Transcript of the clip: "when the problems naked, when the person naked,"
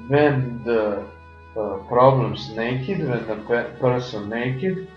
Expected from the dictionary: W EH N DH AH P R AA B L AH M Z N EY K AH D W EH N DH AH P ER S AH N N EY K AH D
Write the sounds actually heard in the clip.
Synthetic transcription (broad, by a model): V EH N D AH P R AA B L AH M S N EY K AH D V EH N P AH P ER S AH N N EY K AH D